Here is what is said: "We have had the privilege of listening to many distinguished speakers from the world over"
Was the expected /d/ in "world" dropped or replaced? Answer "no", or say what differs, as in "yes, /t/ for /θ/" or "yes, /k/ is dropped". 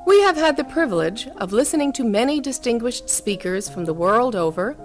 no